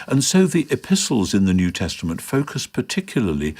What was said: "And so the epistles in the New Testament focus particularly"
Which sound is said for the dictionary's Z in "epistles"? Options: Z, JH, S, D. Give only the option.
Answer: Z